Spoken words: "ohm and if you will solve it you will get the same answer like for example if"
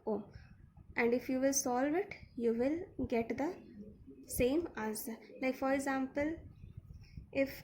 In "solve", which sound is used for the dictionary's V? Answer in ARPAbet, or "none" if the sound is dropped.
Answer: V